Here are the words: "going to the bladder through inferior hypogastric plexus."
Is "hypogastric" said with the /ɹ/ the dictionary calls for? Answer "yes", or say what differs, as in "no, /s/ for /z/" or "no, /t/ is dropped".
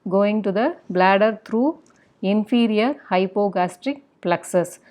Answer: yes